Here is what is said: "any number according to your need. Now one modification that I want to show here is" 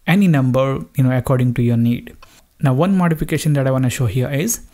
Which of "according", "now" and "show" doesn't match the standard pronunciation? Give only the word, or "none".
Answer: none